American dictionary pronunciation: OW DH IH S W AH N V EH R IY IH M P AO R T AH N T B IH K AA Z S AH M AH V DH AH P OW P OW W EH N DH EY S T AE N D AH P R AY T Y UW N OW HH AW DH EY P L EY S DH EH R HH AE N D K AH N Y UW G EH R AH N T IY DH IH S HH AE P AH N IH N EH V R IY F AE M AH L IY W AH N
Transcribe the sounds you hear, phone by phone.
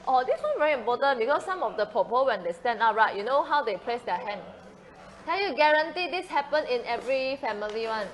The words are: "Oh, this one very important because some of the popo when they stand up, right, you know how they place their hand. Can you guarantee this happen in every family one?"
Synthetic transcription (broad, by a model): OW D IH S W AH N V EH R IY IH M P AO T AH N B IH K AA S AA M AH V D AH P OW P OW W EH N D EY S T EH N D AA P R AY T Y UW N OW HH AW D EY P L EY S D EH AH HH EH N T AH L Y UW G EH R AH N T IY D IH S HH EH P AH N IH N EH V R IY F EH M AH L IY W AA N